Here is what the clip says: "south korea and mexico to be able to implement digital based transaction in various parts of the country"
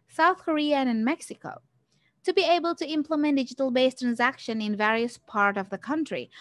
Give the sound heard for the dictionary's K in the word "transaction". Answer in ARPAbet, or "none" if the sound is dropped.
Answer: K